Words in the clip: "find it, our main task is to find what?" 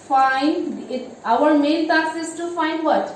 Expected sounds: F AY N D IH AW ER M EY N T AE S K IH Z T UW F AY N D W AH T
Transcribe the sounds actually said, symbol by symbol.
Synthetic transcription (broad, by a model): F AY N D IH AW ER M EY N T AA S IH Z T UW F AY N D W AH T